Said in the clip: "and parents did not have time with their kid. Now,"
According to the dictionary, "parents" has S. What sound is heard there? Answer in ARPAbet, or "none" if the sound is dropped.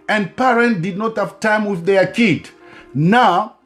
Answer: none